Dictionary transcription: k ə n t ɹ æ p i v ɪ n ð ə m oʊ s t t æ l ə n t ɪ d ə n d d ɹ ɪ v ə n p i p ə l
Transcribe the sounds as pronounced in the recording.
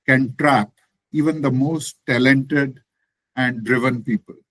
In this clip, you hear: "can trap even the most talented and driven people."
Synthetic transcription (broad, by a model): k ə n t ɹ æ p i v ɪ n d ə m oʊ s t t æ l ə n t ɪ d ə n d d ɹ ɪ v ə n p i p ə l